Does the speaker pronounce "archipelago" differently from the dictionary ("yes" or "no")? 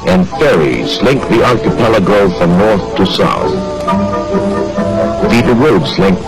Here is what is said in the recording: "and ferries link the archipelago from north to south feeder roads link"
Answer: yes